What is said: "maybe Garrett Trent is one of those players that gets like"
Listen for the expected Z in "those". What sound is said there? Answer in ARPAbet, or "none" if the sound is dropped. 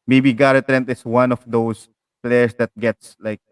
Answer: S